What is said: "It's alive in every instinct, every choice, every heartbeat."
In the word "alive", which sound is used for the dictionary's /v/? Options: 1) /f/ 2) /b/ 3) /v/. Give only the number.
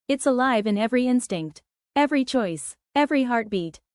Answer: 3